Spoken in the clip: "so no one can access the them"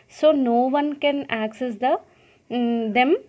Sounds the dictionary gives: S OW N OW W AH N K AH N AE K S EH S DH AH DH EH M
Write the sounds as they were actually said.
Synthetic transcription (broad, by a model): S OW N OW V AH N K AH N AE K S EH S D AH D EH M